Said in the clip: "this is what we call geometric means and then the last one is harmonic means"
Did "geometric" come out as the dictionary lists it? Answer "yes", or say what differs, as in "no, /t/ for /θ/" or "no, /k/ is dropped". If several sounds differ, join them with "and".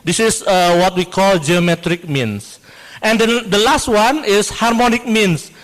yes